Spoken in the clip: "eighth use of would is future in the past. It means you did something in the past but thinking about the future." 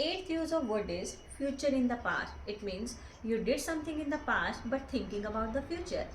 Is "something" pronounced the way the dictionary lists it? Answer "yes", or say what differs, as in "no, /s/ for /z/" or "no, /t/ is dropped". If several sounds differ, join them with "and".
no, /t/ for /θ/